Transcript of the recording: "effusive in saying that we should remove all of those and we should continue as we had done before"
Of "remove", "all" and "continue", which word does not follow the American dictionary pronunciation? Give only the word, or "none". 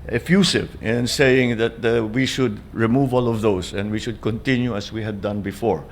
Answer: none